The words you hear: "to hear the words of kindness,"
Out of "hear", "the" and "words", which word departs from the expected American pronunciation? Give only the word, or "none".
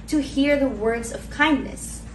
none